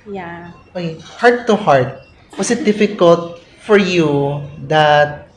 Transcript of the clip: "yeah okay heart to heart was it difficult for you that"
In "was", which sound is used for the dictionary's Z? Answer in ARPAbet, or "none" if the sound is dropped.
S